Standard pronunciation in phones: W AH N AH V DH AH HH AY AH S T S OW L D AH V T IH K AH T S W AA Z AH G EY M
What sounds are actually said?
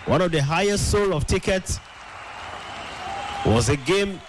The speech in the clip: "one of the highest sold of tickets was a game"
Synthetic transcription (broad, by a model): W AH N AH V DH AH HH AY AH S T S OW L AH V T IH K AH T S W AA Z AH G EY M